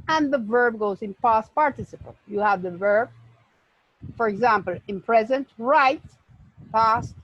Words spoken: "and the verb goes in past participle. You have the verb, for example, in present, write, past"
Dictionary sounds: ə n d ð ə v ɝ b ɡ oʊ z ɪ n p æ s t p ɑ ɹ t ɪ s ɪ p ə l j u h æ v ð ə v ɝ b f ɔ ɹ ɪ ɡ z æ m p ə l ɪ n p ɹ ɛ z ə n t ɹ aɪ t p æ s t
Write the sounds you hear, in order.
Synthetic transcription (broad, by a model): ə n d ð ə v ɝ b ɡ oʊ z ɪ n p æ s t p ɑ ɹ t ɪ s ɪ p ə l j u h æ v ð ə v ɝ b f ɔ ɹ ɪ ɡ z æ m p ə l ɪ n p ɹ ɛ z ə n t ɹ aɪ t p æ s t